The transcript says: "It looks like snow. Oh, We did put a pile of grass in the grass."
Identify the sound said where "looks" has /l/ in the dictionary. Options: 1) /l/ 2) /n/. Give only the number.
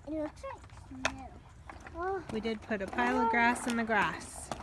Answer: 2